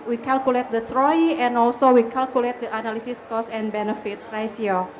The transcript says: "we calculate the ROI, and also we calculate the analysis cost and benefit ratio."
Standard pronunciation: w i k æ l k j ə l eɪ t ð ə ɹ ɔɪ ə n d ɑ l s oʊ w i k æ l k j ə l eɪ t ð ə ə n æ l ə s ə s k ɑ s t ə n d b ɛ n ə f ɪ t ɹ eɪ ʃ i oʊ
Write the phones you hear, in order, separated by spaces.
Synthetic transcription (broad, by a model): w i k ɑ l k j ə l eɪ t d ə ɹ ɔɪ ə n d ɑ l s oʊ w i k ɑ l k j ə l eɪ t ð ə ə n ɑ l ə s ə s k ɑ s ə n b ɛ n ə f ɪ t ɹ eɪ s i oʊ